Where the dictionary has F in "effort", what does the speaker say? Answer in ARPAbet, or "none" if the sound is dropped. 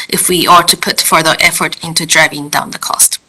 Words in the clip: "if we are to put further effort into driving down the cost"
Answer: F